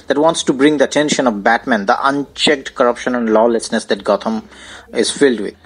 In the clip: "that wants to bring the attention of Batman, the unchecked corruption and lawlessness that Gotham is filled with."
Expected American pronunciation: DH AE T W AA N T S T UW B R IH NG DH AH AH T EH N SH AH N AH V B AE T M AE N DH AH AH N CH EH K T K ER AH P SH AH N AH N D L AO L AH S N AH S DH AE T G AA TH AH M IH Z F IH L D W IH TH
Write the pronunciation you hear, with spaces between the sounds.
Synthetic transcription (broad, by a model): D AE T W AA N T S T UW B R IH NG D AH AH T EH N SH AH N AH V B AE T M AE N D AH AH N CH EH K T K ER AH P SH AH N AH N D L AO L AH S N AH S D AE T G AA T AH M IH Z F IH L D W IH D